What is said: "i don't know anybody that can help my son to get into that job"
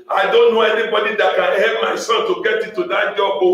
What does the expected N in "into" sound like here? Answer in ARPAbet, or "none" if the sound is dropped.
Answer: none